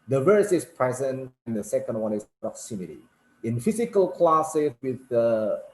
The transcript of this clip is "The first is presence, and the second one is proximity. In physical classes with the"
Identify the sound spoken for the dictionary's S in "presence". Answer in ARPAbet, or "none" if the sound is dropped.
none